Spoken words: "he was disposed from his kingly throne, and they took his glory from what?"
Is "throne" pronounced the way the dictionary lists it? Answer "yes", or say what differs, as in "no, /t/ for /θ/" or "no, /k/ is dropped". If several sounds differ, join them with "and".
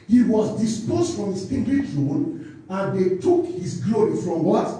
no, /t/ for /θ/